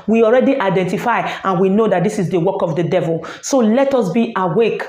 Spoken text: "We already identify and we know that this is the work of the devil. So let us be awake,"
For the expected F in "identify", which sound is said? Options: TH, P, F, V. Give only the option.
F